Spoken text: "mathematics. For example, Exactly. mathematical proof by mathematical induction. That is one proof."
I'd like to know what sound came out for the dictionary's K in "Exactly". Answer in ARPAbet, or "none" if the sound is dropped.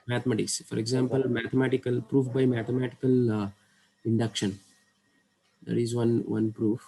none